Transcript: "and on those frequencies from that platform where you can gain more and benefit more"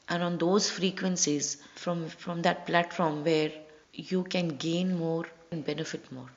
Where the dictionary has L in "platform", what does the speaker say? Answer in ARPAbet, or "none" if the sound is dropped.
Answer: L